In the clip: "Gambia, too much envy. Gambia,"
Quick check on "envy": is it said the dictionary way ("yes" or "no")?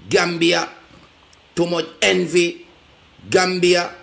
yes